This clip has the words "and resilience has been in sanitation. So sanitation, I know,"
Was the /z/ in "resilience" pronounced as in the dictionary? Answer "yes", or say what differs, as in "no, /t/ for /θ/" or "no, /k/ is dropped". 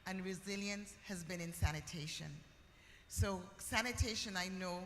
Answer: yes